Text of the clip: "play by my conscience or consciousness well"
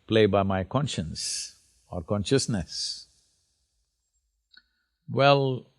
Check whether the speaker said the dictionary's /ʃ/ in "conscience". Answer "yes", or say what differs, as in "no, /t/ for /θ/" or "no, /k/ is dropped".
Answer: yes